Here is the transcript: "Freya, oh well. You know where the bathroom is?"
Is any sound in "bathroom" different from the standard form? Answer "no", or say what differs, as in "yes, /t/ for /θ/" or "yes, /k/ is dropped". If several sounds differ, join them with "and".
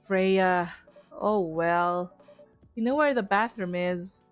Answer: no